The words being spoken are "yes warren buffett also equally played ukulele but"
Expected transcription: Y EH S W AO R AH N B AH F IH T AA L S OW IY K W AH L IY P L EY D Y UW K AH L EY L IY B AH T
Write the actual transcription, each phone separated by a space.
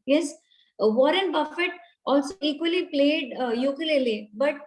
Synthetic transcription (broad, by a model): Y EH S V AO R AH N B AH F IH T AA L S OW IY K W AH L IY P L EY D Y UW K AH L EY L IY B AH T